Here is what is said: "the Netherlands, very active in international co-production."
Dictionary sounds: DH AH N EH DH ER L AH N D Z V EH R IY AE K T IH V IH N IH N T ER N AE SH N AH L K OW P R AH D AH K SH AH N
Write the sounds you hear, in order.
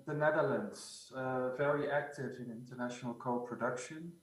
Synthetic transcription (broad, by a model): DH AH N EH DH ER L AH N D Z V EH R IY AE K T IH V IH N IH N T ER N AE SH N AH L K OW P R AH D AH K SH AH N